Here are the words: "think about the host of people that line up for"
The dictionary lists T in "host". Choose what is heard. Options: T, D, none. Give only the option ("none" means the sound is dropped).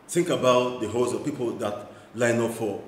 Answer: none